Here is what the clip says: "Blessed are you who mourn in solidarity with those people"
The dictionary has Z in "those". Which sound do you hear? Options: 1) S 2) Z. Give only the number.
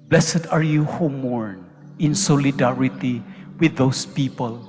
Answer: 1